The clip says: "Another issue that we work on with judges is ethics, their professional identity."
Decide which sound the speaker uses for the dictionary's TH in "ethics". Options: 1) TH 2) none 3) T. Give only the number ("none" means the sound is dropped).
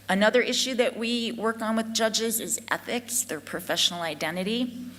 1